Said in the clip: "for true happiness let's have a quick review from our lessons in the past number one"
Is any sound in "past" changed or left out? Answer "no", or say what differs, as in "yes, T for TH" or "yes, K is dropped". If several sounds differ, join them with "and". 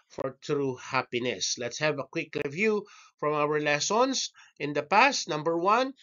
no